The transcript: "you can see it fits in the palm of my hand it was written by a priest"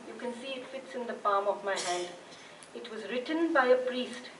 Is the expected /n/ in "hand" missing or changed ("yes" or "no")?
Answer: no